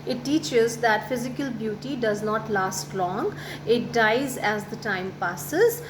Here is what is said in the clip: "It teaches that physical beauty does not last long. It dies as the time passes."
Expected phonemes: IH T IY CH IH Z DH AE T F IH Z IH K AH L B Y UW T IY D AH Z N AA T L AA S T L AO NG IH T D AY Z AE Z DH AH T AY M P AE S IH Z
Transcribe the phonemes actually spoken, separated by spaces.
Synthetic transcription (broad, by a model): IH T IY CH IH Z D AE T F IH Z IH K AH L B Y UW T IY D AH Z N AA T L AA S T L AO NG IH T D AY Z AE Z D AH T AY M P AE S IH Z